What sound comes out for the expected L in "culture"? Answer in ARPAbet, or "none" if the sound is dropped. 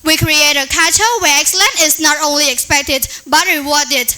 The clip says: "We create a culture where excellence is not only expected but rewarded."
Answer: none